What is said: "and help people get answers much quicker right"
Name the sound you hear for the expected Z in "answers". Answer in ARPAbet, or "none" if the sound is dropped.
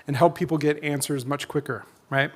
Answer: Z